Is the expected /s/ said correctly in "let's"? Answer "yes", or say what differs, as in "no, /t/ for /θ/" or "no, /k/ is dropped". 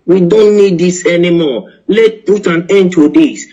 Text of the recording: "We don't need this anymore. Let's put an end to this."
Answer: no, /s/ is dropped